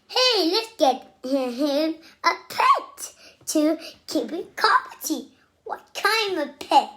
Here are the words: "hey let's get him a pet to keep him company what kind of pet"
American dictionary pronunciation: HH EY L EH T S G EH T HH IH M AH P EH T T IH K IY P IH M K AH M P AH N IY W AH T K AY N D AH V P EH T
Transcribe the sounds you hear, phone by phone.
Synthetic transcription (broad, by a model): HH EY L EH T S G EH T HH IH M AH P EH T T IH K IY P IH K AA P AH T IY W AH T K AY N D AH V P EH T